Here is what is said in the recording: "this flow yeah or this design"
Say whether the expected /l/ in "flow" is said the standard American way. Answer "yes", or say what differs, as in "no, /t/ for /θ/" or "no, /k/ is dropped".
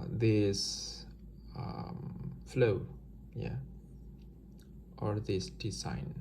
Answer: yes